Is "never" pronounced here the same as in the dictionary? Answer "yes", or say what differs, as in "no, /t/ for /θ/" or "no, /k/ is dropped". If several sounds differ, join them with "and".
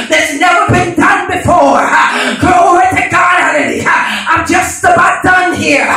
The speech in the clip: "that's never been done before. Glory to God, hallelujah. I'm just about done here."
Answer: yes